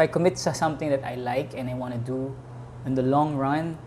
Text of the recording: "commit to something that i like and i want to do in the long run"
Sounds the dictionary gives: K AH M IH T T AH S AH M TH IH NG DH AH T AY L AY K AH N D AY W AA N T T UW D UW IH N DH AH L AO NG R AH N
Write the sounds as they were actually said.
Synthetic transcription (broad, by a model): K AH M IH T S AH S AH M T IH NG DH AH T AY L AY K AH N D AY W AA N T T UW D UW IH N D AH L AO NG R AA N